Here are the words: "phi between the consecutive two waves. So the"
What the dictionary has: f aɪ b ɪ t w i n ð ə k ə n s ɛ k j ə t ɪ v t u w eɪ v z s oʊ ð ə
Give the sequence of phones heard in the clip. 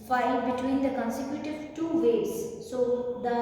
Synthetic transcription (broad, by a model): f aɪ b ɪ t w i n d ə k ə n s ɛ k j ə t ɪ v t u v eɪ z s oʊ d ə